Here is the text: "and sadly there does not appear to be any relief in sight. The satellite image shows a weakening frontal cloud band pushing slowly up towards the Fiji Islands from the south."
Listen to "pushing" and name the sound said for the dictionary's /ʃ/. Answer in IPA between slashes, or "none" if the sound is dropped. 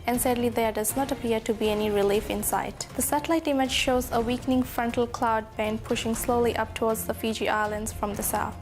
/ʃ/